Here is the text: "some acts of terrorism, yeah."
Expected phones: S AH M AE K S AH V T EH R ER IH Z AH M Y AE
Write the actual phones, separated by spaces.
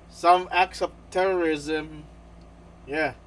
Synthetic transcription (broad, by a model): S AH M AE K S AH V T EH R ER IH Z AH M Y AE